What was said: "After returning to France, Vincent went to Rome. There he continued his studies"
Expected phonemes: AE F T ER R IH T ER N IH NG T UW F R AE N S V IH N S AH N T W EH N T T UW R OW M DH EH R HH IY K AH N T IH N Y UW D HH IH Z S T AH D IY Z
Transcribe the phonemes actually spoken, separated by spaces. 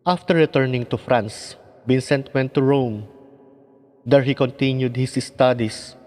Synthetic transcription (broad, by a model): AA F T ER R IH T ER N IH NG T UW F R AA N S B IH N S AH N T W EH N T T UW R OW M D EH R HH IY K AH N T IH N Y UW D HH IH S S T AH D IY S